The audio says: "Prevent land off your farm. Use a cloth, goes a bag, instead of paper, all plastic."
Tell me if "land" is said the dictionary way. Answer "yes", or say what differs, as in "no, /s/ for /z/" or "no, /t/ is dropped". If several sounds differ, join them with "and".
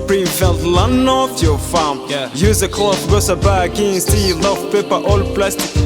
no, /d/ is dropped